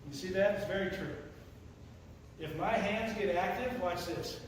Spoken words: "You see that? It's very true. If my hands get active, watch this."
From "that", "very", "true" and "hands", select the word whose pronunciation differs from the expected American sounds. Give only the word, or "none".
none